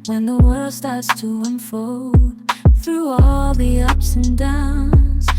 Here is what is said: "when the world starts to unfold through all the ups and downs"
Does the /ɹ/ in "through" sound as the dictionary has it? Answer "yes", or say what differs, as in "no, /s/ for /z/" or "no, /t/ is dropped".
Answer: yes